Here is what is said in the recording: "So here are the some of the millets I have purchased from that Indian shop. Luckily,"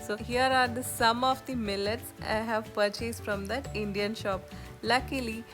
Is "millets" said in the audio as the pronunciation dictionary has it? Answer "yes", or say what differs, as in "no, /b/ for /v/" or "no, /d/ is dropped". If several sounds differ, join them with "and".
yes